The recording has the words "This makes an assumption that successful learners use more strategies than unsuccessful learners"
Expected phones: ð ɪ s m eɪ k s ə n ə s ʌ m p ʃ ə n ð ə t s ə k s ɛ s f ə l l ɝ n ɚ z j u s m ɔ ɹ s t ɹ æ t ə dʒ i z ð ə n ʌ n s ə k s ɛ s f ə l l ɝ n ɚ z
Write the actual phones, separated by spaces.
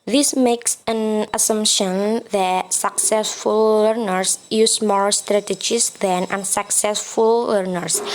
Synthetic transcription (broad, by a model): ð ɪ s m eɪ k s ə n ə s ʌ m p ʃ ə n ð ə t s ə k s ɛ s f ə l l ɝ n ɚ s j u s m ɔ ɹ s t ɹ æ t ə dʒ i s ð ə n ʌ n s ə k s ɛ s f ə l l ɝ n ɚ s